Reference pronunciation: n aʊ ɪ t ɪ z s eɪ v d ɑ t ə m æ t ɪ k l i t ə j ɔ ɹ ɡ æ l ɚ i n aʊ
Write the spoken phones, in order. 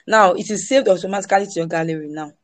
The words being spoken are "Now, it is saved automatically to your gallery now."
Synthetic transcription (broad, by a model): n aʊ ɪ t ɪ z s eɪ v d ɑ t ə m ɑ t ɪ k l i t ə j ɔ ɡ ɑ l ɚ i n aʊ